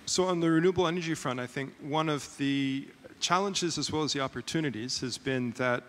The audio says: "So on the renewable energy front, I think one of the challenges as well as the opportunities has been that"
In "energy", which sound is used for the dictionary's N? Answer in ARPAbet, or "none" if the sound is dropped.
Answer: N